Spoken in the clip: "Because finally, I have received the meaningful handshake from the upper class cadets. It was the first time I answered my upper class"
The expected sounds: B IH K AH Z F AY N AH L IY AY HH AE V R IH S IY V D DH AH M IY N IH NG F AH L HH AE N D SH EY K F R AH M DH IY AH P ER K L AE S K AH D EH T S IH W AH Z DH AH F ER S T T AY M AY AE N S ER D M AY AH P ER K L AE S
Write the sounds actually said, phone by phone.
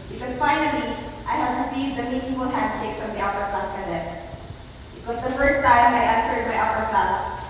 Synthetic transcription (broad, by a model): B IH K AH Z F AY N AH L IY AY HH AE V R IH S IY V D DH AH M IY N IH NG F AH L HH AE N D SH EY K F R AH M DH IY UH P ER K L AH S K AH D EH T IH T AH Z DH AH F ER S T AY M AY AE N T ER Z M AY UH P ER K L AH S